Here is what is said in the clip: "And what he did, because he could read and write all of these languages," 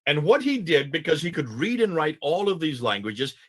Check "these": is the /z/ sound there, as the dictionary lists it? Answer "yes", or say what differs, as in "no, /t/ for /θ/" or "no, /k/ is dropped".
yes